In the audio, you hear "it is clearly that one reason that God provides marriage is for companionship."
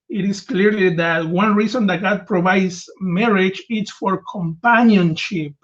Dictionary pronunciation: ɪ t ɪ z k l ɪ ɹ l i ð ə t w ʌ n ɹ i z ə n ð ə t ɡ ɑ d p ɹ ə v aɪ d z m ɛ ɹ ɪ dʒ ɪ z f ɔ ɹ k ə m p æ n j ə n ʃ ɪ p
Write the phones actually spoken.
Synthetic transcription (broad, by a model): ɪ t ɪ s k l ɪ ɹ l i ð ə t w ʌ n ɹ i s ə n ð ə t ɡ ɑ d p ɹ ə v aɪ d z m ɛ ɹ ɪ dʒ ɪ s f ɔ ɹ k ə m p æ n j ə n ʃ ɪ p